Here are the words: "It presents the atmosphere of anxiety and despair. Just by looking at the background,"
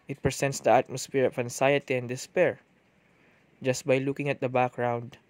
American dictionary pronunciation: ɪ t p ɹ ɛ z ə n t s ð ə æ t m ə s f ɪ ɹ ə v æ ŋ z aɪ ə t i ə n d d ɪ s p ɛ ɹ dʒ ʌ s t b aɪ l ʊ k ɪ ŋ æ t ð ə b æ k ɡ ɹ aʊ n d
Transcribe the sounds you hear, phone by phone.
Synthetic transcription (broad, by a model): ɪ t p ɹ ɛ s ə n t s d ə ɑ t m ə s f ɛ ɹ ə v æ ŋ s aɪ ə t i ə n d d ɪ s p ɛ ɹ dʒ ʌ s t b aɪ l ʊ k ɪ ŋ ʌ t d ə b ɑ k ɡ ɹ aʊ n d